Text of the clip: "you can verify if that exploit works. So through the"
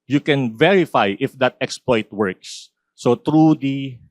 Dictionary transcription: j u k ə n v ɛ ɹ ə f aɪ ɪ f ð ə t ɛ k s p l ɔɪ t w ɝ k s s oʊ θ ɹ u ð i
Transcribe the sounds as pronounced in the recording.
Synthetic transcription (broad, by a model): j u k ə n v ɛ ɹ ə f aɪ ɪ f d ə t ɛ k s p l ɔɪ t w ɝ k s s oʊ t ɹ u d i